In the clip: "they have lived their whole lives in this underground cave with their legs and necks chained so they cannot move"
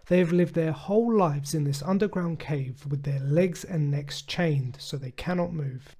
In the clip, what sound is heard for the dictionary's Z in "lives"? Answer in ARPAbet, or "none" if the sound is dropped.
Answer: Z